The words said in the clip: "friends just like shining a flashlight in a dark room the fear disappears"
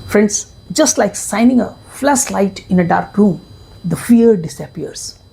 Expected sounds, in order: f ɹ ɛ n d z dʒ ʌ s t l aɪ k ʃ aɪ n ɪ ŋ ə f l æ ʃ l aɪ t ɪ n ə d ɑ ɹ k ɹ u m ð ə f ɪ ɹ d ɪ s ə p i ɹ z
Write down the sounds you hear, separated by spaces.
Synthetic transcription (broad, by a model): f ɹ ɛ n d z dʒ ʌ s t l aɪ k s aɪ n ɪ ŋ ə f l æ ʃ l aɪ t ɪ n ə d ɑ ɹ k ɹ u m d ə f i ɹ d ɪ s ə p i ɹ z